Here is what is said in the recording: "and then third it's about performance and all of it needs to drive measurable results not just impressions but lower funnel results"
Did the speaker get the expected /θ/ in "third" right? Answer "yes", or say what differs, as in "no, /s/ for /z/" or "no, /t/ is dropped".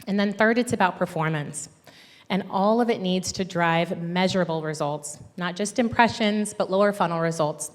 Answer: yes